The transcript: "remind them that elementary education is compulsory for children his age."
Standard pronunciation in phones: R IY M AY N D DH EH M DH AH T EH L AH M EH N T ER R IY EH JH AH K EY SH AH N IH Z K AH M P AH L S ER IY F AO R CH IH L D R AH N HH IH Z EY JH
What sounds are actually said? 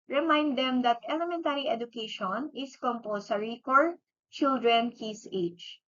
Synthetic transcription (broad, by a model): R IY M AY N D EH M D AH T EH L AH M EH N T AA R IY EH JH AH K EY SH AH N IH S K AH M P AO S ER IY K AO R CH IH L D R AH N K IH S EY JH